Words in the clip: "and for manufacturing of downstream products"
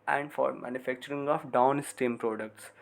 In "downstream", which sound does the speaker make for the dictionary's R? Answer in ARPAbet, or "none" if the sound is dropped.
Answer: none